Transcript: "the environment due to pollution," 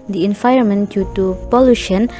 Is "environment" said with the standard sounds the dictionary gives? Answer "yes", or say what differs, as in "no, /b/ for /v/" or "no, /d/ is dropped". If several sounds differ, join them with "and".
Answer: no, /ɹ/ is dropped